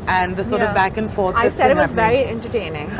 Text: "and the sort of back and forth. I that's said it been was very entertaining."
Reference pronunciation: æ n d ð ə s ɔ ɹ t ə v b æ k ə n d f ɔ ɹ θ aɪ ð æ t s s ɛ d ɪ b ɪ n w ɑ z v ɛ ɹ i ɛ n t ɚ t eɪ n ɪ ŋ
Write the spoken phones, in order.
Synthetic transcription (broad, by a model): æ n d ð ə s ɔ ɹ t ə v b æ k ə n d f ɔ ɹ t aɪ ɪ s s ɛ d ɪ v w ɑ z v ɛ ɹ i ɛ n t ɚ t eɪ n ɪ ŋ